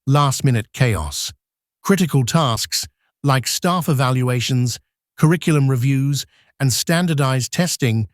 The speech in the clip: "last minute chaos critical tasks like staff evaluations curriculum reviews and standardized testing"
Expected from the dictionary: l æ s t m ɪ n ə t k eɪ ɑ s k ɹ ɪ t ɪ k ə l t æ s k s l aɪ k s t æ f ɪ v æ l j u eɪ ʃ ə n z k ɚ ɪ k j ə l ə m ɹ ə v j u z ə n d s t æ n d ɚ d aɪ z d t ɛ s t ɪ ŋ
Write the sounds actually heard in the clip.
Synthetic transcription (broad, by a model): l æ s t m ɪ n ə t k eɪ ɑ s k ɹ ɪ t ɪ k ə l t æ s k s l aɪ k s t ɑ f ɪ v æ l j u eɪ ʃ ə n z k ɚ ɪ k j l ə m ɹ ə v j u z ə n s t æ n d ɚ d aɪ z t ɛ s t ɪ ŋ